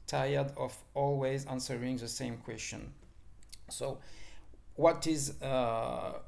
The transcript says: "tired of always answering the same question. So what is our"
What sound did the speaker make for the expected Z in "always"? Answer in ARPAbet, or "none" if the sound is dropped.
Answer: Z